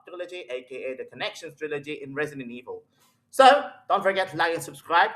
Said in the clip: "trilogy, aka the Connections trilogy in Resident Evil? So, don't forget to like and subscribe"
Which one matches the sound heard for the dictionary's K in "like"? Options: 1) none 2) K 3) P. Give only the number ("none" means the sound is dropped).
1